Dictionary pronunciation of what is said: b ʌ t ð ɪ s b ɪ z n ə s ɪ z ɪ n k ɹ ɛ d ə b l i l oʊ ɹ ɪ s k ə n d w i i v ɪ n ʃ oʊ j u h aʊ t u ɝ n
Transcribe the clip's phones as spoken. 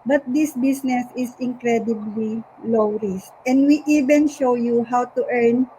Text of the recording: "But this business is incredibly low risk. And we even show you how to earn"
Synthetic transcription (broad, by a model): b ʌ t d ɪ s b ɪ s n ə s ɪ s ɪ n k ɹ ɛ d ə b l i l oʊ ɹ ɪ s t ə n d w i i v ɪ n ʃ oʊ j u h aʊ t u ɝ n